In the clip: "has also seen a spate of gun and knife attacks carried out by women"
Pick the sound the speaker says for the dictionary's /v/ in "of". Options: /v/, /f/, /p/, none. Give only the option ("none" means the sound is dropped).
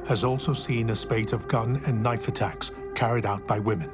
/v/